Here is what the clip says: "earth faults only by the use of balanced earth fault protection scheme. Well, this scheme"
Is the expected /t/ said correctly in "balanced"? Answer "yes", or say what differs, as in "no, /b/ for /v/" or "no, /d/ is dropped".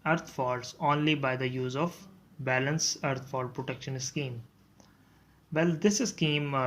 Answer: no, /t/ is dropped